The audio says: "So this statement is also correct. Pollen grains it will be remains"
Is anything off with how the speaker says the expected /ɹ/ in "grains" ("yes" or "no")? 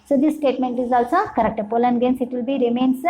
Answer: yes